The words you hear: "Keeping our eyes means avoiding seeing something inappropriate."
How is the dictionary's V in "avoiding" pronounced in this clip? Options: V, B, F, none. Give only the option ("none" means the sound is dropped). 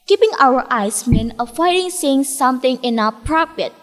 F